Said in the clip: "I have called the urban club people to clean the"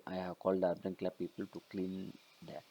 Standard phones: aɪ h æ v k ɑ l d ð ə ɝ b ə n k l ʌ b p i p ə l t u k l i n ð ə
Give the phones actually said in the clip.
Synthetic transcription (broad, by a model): aɪ h æ v k ɑ l d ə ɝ ə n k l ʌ p i p ə l t u k l i n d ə